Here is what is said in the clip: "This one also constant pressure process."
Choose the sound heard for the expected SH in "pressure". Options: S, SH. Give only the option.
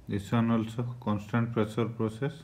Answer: S